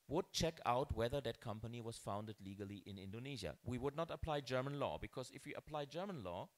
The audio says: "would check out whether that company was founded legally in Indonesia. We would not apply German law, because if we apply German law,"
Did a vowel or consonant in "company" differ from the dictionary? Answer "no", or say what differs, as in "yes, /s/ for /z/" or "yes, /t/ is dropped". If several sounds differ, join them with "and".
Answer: no